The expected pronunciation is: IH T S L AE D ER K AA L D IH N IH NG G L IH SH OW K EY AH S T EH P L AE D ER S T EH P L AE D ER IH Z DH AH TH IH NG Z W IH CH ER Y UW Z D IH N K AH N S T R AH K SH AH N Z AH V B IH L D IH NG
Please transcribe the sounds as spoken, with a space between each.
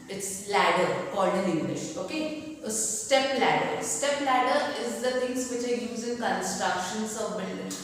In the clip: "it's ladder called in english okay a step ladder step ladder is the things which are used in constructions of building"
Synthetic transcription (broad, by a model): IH T S L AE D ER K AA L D IH N IH NG G L IH SH OW K EY S T EH P L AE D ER S T EH P L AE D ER IH Z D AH T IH NG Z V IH CH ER Y UW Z IH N K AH N S T R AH K SH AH N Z AH V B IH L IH